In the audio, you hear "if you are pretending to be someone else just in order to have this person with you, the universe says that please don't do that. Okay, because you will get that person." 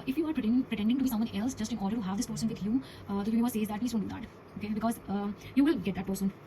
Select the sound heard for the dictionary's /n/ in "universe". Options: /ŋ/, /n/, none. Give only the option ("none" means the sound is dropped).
none